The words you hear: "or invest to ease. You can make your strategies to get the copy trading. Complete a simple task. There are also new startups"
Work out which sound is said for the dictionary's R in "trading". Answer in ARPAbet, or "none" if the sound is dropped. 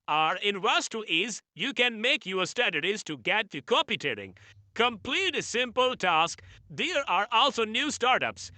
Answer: none